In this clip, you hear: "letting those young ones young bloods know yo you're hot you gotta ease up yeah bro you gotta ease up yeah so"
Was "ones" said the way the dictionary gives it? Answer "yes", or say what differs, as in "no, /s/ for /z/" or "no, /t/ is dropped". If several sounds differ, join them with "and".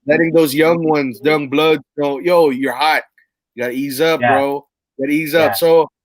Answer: yes